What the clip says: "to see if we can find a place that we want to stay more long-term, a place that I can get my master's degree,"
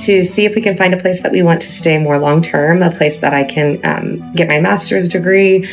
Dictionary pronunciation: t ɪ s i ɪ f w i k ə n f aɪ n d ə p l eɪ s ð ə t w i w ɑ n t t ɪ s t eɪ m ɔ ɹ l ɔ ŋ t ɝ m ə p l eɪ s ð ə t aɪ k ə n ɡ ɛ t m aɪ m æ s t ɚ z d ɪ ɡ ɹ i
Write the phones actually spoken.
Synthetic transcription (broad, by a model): t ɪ s i ɪ f w i k ə n f aɪ n d ə p l eɪ s ð ə t w i w ɑ n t t ɪ s t eɪ m ɔ ɹ l ɔ ŋ t ɝ m ə p l eɪ s ð ə t aɪ k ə n ɡ ɛ t m aɪ m æ s t ɚ z d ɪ ɡ ɹ i